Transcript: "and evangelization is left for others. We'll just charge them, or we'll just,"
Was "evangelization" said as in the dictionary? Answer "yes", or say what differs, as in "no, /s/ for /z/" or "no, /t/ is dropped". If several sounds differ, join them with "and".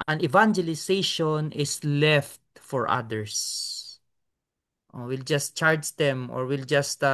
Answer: no, /s/ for /z/